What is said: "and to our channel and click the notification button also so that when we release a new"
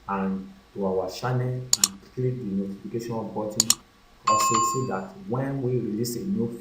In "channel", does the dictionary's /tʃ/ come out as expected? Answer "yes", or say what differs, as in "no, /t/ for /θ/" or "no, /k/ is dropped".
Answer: no, /ʃ/ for /tʃ/